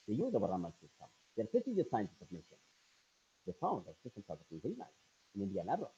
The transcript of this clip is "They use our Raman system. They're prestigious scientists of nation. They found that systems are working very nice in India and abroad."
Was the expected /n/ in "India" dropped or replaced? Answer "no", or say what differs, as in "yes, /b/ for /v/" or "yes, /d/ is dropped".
no